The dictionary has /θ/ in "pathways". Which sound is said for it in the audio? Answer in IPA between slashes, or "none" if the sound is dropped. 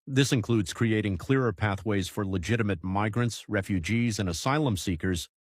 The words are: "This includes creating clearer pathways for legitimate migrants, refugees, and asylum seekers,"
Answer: /θ/